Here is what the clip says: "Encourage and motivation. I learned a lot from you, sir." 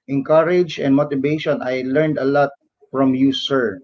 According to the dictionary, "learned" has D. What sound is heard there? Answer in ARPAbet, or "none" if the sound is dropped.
D